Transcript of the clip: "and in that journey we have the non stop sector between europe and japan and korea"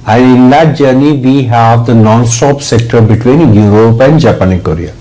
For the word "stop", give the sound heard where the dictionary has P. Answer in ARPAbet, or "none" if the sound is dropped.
P